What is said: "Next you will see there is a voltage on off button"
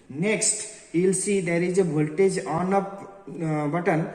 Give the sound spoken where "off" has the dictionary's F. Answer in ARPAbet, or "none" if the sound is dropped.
P